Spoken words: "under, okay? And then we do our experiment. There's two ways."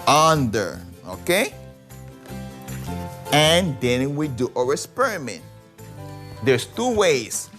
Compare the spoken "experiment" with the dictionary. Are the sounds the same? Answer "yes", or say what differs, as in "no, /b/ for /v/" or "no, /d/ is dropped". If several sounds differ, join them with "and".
no, /k/ is dropped